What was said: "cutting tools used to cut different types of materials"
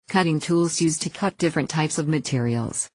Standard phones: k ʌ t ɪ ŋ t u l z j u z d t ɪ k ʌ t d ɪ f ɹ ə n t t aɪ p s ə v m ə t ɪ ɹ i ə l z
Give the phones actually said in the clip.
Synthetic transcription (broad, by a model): k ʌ t ɪ ŋ t u l z j u z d t ɪ k ʌ t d ɪ f ɹ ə n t t aɪ p s ə v m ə t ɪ ɹ i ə l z